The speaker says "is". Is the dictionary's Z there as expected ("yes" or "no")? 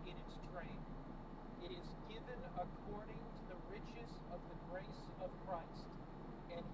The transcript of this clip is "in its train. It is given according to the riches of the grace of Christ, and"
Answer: yes